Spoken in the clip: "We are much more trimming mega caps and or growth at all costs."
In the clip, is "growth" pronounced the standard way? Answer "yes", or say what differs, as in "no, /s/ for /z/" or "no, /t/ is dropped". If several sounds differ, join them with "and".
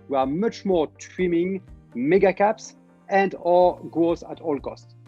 no, /ɹ/ is dropped